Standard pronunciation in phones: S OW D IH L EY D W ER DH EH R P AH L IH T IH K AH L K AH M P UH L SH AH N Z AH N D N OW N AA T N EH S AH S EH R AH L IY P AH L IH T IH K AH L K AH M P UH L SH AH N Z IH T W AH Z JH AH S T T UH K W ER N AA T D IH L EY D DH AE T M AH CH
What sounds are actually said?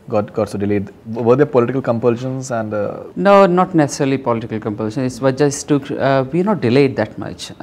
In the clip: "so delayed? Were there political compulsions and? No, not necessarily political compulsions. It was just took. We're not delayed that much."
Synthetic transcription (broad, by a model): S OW D IH L EY D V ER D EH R P AH L IH T IH K AH L K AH M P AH L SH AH N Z AH N D N OW N AA T N EH S AH S EH R AH L IY P AH L IH T IH K AH L K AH M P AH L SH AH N IH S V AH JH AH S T T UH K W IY N AA T D IH L EY D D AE T M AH CH